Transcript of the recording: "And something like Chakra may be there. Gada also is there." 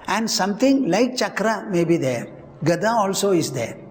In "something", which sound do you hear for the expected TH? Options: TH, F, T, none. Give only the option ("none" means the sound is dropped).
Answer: T